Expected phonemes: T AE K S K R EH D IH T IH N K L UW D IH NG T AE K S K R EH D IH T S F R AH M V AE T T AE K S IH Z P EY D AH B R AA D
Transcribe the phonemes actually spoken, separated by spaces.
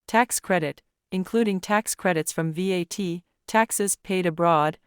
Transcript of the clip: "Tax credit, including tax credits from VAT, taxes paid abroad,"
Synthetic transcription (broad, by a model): T AE K S K R EH D IH T IH N K L UW D IH NG T AE K S K R EH D IH T S F R AH M V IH T T AE K S IH Z P EY D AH B R AA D